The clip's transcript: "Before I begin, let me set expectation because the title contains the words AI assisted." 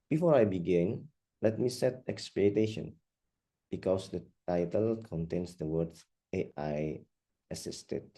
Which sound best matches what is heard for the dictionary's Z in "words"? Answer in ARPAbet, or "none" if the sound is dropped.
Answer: none